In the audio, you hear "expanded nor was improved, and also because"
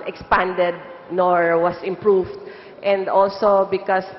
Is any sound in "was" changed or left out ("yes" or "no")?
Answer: yes